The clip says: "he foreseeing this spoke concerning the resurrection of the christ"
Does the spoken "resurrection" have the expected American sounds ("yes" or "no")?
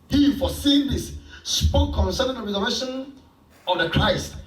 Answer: no